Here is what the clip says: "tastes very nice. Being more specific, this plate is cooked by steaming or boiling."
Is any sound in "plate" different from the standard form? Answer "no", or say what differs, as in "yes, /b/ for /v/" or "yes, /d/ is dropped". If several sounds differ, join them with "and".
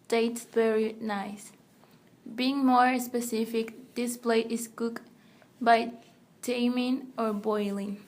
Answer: no